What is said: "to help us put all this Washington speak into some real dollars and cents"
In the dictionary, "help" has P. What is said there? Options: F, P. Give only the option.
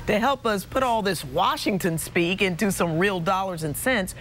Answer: P